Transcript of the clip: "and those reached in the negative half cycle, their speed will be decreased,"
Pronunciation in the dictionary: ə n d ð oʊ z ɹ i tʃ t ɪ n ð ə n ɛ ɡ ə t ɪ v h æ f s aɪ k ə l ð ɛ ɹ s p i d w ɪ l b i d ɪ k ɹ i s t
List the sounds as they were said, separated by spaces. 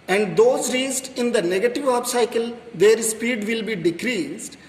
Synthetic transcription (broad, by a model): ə n d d oʊ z ɹ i s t ɪ n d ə n ɛ ɡ ə t ɪ v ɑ p s aɪ k ə l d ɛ ɹ s p i d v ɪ l b i d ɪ k ɹ i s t